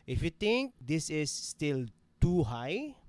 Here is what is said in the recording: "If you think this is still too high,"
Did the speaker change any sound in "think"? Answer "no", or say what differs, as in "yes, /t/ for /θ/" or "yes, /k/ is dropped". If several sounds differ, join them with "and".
yes, /t/ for /θ/